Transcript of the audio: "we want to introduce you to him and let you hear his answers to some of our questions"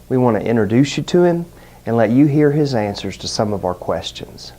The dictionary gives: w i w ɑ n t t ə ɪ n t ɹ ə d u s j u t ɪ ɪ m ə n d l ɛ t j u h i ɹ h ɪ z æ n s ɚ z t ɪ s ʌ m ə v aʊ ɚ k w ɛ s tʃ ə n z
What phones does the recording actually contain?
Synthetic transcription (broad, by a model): w i w ɑ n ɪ t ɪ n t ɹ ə d u s j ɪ t ɪ ɪ m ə n l ɛ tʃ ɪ h i ɹ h ɪ z æ n s ɚ z t ɪ s ʌ m ə v aʊ ɚ k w ɛ s tʃ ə n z